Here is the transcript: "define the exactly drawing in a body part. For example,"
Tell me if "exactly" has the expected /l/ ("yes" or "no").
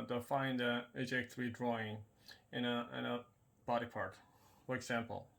no